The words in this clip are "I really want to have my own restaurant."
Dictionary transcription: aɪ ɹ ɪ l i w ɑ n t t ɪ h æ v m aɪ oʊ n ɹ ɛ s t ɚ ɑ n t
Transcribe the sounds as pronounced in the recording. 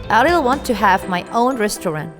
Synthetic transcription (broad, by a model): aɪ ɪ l w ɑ n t t ɪ h æ v m aɪ oʊ n ɹ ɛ s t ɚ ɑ n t